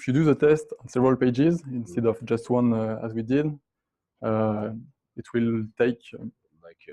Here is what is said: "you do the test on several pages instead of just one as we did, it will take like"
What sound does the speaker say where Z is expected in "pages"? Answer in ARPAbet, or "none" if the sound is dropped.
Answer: Z